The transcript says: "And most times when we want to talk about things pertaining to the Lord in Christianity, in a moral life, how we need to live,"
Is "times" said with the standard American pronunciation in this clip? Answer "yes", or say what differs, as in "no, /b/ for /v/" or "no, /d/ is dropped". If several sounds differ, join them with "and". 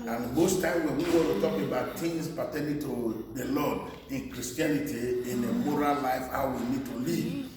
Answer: no, /z/ is dropped